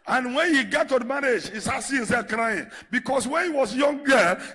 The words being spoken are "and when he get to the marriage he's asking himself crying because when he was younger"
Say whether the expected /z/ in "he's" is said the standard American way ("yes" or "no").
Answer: no